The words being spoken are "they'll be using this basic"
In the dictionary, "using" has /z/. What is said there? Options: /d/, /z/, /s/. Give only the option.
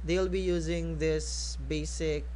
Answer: /z/